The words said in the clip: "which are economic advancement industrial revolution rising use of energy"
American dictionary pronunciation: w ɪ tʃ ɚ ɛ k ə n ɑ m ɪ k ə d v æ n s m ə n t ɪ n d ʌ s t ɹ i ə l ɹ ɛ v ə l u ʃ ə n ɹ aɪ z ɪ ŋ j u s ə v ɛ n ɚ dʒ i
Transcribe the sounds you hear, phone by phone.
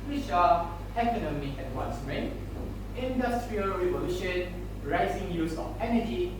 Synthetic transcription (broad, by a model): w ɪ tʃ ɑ ɛ k ə n ɑ m ɪ k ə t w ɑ n s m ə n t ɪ n d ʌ s t ɹ i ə l ɹ ɛ v ə l u ʃ ə n ɹ aɪ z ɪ ŋ j u s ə f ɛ n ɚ dʒ i